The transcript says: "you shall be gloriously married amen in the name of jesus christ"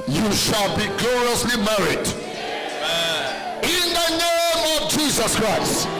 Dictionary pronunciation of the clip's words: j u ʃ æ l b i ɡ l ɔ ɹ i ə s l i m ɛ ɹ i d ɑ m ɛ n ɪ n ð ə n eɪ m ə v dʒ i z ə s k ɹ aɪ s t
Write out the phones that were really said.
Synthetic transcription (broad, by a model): j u ʃ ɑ l b i ɡ l ɔ ɹ i ə s l i m ɛ ɹ i d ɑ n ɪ n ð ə n eɪ m ə v dʒ i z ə s k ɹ aɪ s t